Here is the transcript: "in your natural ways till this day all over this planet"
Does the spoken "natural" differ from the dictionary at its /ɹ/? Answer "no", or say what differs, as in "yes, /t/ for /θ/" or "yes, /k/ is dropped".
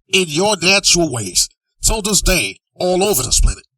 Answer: yes, /ɹ/ is dropped